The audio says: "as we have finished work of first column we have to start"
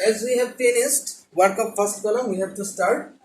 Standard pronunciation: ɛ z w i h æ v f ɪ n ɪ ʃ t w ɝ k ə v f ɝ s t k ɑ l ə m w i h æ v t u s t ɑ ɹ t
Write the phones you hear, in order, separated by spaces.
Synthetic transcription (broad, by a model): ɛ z w i h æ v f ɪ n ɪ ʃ t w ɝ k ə p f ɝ s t k ɑ l ə m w i h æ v t u s t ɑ ɹ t